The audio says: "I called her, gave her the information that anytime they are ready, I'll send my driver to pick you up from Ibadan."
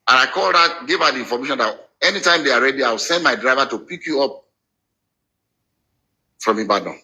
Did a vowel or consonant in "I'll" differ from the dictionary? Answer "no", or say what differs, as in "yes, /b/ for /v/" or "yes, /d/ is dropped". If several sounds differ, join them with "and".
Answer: yes, /w/ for /l/